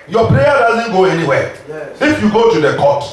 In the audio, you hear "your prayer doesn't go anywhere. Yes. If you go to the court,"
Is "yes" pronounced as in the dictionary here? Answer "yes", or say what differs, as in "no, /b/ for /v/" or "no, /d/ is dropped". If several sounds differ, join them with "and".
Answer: no, /s/ is dropped